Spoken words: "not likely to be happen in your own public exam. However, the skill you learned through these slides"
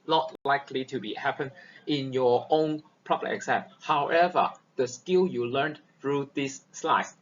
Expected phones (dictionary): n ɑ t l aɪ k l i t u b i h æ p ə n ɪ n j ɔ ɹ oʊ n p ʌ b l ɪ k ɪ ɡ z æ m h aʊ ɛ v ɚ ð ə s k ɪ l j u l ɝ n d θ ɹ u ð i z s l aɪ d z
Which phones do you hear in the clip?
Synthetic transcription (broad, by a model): n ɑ t l aɪ k l i t u b i h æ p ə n ɪ n j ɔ oʊ n p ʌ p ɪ ɪ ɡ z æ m h aʊ ɛ v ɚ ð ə s k ɪ l j u l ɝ n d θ ɹ u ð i s l aɪ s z